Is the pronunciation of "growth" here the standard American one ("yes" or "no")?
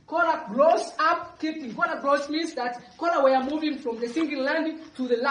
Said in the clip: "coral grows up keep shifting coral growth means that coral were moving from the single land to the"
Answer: no